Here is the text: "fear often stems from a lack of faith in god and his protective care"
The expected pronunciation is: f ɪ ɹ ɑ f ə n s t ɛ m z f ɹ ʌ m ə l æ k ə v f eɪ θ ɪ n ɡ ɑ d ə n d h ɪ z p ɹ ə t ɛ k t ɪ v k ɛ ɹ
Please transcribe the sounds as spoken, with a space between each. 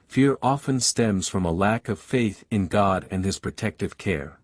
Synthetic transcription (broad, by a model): f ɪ ɹ ɑ f ə n s t ɛ m z f ɹ ʌ m ə l æ k ə v f eɪ θ ɪ n ɡ ɑ d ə n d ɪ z p ɹ ə t ɛ k t ɪ v k ɛ ɹ